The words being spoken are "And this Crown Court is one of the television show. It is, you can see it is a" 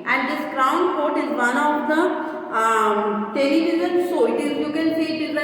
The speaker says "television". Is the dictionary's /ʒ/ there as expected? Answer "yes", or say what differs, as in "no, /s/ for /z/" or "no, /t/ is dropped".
no, /z/ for /ʒ/